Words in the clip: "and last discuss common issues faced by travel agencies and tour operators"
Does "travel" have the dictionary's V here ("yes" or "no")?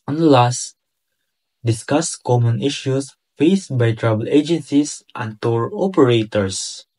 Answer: no